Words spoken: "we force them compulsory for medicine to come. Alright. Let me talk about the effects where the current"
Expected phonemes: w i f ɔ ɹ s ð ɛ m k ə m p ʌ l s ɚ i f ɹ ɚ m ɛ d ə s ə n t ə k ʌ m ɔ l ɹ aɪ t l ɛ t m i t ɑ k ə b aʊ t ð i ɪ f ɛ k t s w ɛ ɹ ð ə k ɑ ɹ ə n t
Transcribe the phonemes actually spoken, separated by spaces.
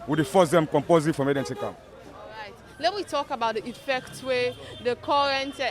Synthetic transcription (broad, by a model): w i f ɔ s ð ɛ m k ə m p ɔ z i f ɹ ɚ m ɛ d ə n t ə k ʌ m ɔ ɹ aɪ t l ɛ t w i t ɑ k ə b aʊ t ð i ɪ f ɛ k t s w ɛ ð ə k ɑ ɹ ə n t